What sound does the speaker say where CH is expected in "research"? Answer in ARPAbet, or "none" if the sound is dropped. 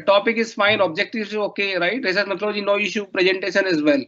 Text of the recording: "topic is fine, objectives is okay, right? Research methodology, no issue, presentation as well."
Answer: S